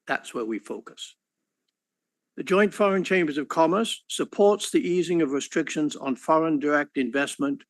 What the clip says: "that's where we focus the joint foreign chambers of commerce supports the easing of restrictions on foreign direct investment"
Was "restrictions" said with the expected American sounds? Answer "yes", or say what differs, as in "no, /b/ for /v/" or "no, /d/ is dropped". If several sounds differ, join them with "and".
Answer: yes